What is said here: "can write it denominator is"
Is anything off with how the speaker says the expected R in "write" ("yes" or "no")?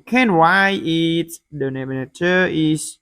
yes